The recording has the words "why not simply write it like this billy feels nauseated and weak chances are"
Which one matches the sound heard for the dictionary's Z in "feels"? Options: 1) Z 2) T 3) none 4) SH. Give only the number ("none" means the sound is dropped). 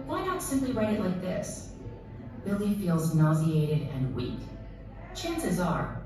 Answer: 1